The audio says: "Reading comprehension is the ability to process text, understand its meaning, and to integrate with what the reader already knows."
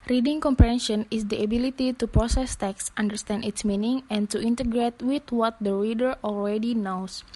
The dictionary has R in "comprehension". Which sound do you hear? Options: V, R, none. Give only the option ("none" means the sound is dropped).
none